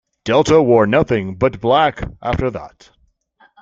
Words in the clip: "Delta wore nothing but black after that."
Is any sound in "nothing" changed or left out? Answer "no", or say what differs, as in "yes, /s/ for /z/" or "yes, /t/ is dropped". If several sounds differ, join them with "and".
no